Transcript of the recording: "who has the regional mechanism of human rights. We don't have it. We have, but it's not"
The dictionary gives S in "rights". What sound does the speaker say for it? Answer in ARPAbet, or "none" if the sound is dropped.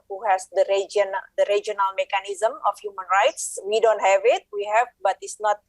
S